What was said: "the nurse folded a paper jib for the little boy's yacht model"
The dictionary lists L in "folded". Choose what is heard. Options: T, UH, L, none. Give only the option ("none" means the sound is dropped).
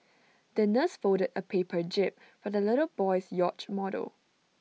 none